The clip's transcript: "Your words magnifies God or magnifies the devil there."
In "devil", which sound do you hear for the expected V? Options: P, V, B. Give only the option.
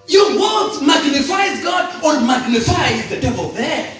V